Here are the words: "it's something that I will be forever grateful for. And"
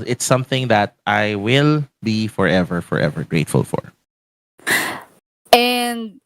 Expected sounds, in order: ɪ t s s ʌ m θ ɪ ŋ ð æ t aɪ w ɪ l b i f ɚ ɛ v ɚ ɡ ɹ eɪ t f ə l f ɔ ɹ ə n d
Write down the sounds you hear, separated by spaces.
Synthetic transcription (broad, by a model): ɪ t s s ʌ m θ ɪ ŋ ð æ t aɪ w ɪ l b i f ɚ ɛ v ɚ ɡ ɹ eɪ t f ə l f ɔ ɹ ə n d